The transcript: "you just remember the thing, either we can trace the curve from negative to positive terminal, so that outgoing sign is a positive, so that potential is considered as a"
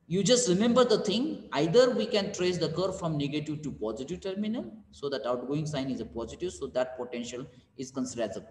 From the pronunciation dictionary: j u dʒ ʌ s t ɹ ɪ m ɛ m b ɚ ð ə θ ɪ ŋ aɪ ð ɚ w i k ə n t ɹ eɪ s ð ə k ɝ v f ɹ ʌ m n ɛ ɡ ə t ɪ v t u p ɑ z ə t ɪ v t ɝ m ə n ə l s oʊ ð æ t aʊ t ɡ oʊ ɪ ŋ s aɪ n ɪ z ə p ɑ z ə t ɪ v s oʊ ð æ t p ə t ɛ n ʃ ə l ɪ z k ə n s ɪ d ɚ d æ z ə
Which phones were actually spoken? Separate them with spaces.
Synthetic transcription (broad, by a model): j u dʒ ʌ s t ɹ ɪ m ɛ m b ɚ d ə t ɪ ŋ aɪ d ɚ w i k ə n t ɹ eɪ s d ə k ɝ f ɹ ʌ m n ɛ ɡ ə t ɪ v t u p ɑ z ə t ɪ v t ɝ m ə n ə l s oʊ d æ t aʊ t ɡ oʊ ɪ ŋ s aɪ n ɪ z ə p ɑ z ə t ɪ v s oʊ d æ t p ə t ɛ n ʃ ə l ɪ z k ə n s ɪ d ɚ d æ z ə